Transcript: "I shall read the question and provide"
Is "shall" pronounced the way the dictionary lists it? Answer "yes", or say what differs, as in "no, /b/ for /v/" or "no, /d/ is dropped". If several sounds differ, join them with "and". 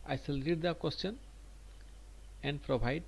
no, /s/ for /ʃ/